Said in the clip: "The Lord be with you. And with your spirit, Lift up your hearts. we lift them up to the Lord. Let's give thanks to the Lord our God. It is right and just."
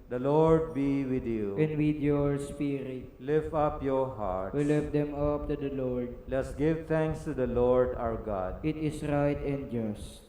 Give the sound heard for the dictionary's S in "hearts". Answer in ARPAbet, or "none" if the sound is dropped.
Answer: none